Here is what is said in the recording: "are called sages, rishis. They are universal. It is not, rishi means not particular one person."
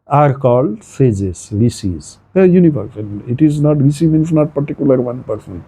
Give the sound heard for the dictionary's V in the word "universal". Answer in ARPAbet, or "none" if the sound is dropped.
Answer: P